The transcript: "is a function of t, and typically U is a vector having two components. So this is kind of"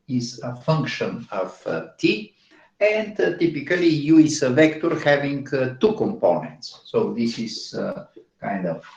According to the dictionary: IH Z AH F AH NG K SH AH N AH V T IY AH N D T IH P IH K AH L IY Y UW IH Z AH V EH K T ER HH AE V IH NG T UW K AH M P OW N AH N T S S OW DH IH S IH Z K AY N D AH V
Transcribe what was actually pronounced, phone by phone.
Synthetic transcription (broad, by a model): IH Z AH F AH NG K SH AH N AH V T IY AH N D T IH P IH K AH L IY Y UW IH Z AH V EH K T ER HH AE V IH NG T UW K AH M P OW N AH N T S S OW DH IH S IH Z K AY N D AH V